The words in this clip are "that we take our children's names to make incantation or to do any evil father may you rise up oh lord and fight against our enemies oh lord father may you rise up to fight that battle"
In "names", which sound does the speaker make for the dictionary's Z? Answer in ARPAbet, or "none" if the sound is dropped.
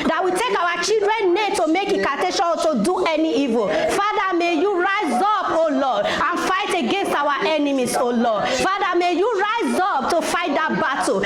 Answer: none